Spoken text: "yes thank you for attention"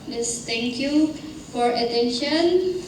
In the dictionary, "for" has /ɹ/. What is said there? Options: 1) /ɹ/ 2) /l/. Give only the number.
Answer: 1